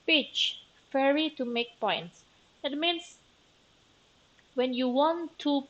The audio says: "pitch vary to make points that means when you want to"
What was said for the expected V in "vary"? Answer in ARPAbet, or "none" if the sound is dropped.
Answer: F